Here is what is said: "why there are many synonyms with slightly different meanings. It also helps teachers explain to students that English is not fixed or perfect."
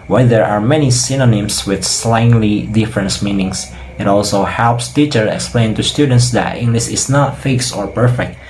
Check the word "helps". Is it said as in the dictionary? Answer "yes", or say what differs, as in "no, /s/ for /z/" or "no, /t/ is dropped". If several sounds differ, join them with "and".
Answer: yes